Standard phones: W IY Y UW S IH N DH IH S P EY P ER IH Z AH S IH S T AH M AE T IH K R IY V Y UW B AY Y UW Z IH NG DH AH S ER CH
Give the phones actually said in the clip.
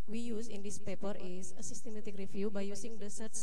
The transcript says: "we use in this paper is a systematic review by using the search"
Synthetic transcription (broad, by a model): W IY Y UW S IH N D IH S P EY P ER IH S AH S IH S T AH M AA T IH K R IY F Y UW B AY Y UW S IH NG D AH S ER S